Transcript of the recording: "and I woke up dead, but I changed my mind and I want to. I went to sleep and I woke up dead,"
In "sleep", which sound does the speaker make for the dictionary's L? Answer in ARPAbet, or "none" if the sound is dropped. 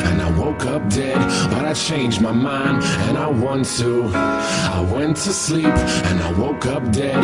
L